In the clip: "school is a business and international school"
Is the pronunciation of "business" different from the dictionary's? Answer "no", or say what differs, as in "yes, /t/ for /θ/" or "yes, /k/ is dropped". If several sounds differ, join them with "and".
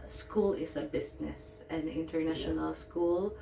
yes, /s/ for /z/